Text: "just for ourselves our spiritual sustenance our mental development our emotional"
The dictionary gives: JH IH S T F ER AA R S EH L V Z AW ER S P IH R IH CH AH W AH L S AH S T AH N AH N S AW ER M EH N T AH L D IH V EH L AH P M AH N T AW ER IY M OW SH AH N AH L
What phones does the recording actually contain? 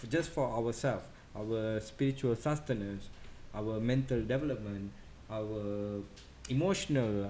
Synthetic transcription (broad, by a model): JH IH S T F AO AA W S EH L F AW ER S P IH R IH CH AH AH L S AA S T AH N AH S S AW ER M EH N T AH L D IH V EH L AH P M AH N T AW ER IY M OW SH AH N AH L